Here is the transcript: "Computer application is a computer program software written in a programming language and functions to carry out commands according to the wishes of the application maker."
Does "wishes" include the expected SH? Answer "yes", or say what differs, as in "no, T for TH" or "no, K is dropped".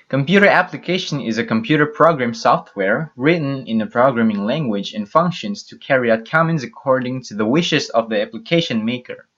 yes